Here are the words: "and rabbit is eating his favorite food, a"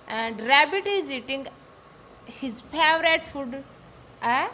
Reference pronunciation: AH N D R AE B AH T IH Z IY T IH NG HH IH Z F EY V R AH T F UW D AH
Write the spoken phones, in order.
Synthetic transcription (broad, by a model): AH N D R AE B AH T IH Z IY T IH NG HH IH Z P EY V R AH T F UW D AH